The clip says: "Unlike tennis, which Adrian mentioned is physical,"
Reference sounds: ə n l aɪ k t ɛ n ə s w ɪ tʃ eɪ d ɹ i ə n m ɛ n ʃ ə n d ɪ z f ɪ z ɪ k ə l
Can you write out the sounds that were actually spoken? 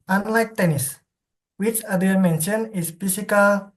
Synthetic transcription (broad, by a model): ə n l aɪ k t ɛ n ə s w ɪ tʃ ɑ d i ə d m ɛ n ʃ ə n ɪ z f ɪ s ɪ k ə l